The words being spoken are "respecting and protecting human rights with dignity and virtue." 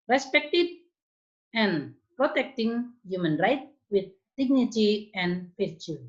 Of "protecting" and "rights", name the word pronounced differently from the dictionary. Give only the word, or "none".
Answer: rights